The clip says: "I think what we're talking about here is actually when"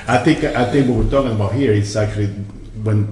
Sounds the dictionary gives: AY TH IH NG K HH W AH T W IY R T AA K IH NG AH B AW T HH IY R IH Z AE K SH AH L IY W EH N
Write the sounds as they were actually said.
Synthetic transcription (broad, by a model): AY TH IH NG K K W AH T W IY R T AA K IH NG AH B AW T HH IY R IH S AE K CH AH L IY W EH N